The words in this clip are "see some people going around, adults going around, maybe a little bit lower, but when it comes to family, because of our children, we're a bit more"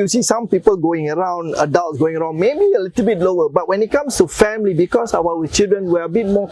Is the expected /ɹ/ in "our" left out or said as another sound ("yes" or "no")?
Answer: yes